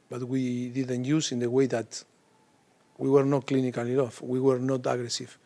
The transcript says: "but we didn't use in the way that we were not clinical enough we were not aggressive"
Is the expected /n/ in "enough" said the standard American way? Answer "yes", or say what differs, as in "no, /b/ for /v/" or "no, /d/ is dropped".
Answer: no, /n/ is dropped